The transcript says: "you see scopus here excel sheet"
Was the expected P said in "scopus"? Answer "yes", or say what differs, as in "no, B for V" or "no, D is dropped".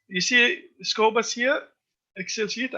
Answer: no, B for P